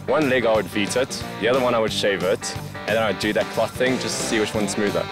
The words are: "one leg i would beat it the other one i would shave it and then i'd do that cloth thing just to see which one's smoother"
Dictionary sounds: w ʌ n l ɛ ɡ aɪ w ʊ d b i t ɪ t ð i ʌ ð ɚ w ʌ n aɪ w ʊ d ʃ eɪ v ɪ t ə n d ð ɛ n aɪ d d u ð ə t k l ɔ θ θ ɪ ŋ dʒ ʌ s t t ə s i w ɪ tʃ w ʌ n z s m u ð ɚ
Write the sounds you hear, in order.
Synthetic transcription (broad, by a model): w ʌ n l ɛ ɡ aɪ w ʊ d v i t ɪ t ð i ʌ ð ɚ w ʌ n aɪ w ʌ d ʃ eɪ v ɪ t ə n ð ɛ n aɪ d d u ð ə t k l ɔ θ θ ɪ ŋ dʒ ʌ s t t s i w ɪ tʃ w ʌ n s m u ð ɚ